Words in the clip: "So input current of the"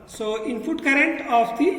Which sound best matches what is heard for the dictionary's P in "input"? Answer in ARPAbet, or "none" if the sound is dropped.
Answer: F